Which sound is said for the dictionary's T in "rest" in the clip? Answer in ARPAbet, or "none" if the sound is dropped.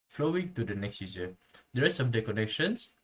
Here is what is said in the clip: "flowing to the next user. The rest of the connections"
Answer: none